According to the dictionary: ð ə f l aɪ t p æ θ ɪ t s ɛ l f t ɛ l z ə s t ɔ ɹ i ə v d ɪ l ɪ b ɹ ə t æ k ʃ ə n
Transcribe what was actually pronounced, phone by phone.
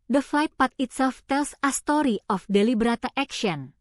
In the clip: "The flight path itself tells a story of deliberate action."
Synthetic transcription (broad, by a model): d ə f l aɪ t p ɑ t ɪ t s ɛ l f t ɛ l s ə s t ɔ ɹ i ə f d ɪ l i b ɹ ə t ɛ k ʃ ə n